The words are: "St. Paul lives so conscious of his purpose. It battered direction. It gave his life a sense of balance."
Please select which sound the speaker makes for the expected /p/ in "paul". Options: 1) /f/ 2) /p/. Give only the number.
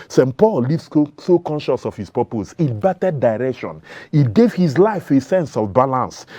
2